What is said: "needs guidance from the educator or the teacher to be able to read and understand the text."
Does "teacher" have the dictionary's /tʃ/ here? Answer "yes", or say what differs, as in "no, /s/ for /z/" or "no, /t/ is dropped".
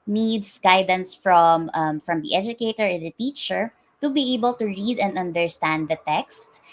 yes